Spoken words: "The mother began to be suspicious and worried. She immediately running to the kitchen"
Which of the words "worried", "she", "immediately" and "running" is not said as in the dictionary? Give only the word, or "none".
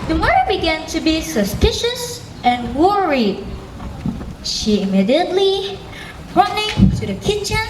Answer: none